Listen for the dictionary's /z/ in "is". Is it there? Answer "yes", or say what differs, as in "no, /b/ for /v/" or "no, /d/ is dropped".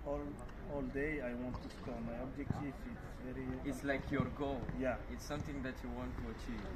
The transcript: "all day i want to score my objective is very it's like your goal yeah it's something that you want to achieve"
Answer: no, /s/ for /z/